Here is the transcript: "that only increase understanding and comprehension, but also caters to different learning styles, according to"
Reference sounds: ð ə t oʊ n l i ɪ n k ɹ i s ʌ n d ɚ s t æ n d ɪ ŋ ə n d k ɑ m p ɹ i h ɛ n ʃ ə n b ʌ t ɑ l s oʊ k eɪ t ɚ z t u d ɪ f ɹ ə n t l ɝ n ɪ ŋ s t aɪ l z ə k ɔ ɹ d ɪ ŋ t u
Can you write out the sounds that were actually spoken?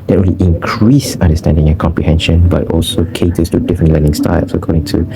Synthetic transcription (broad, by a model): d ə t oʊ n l i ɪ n k ɹ i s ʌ n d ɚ s t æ n d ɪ ŋ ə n k ɑ m p ɹ i h ɛ n ʃ ə n b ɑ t ɑ l s oʊ k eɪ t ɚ s t u d ɪ f ɹ ə n t l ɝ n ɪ ŋ s t aɪ l s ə k ɔ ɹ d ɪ ŋ t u